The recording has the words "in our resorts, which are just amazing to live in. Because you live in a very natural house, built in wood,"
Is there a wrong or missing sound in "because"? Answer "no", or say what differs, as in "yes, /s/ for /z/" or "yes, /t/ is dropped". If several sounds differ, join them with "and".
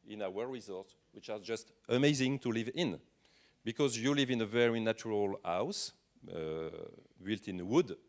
no